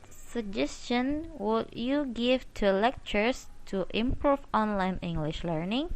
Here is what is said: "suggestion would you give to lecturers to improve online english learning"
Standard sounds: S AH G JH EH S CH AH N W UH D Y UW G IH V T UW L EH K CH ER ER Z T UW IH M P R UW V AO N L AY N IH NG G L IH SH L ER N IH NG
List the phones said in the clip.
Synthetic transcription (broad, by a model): S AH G JH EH S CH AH N W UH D Y UW G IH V T UW L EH K CH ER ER S T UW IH M P R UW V AO N L AY N IH NG G L IH SH L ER N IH NG